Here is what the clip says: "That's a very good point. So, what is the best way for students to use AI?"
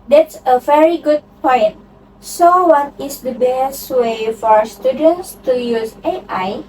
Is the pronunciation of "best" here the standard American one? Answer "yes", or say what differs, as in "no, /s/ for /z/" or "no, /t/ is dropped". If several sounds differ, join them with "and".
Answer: yes